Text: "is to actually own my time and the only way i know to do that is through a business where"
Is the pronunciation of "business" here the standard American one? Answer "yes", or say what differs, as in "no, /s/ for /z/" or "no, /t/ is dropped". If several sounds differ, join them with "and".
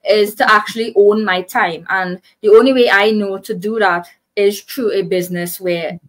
yes